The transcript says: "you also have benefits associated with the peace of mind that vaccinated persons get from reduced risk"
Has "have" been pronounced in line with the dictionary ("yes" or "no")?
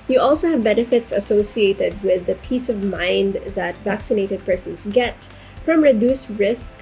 yes